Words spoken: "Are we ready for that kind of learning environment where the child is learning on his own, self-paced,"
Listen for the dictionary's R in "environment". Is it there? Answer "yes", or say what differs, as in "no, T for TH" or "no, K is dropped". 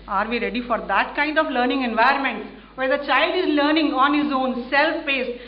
no, R is dropped